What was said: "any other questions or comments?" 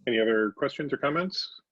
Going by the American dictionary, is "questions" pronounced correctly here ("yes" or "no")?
yes